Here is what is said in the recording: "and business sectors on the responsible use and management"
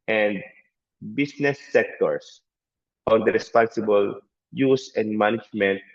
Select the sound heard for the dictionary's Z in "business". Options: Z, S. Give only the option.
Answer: S